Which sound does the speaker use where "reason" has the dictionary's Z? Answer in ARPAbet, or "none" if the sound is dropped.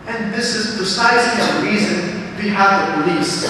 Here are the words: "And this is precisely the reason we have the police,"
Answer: Z